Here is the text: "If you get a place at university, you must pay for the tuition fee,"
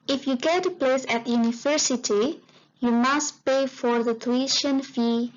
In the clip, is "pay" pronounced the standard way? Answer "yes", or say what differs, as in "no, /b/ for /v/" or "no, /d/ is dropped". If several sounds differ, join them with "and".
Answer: yes